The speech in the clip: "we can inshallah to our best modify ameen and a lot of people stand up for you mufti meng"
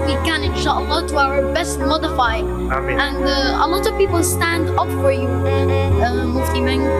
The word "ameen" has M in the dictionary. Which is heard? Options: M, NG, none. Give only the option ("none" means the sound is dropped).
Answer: none